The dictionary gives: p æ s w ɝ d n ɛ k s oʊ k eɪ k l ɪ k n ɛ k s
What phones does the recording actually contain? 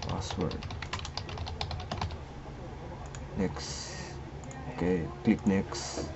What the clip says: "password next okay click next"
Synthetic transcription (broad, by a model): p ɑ s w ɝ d n ɛ k s oʊ k eɪ k l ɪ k n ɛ k s